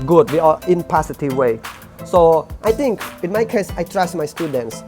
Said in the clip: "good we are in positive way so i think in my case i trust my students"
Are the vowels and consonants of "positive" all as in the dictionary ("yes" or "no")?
no